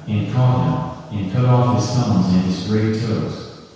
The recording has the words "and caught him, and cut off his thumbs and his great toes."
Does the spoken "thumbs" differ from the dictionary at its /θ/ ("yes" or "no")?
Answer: yes